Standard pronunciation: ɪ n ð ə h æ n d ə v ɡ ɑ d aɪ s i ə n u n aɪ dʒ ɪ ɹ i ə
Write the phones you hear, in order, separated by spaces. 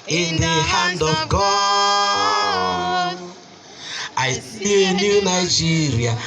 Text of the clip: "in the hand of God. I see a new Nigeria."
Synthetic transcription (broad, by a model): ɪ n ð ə h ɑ n d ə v ɡ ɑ aɪ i ə n u n aɪ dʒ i ɹ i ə